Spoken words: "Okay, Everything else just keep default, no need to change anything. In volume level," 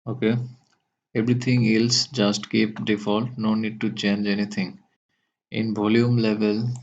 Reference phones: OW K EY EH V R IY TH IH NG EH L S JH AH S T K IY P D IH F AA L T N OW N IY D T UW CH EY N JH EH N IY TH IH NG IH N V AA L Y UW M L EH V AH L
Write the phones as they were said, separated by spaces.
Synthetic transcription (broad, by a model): OW K EY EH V R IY T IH NG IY L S JH AH S T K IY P D IH F AA L T N OW N IY D T UW CH EY N JH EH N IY T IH NG IH N B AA L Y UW M L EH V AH L